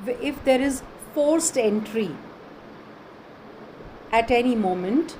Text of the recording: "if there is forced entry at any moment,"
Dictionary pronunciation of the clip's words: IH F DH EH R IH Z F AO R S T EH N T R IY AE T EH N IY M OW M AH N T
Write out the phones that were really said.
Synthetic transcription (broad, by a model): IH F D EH R IH Z F AO R S T EH N T R IY AE T EH N IY M OW M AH N T